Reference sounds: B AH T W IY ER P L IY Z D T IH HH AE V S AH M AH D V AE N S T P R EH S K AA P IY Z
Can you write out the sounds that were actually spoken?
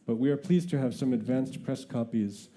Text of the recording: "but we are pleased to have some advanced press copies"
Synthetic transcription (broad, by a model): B AH T W IY ER P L IY Z T IH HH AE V S AH M AH D V AE N S T P R EH S K AA P IY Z